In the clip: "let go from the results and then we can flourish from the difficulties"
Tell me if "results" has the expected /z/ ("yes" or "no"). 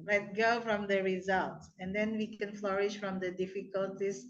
yes